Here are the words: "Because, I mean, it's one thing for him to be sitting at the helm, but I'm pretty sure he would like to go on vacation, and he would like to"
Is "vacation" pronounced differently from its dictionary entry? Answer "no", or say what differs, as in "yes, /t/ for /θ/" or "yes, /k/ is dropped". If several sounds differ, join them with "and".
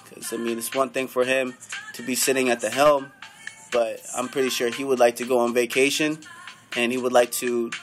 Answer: no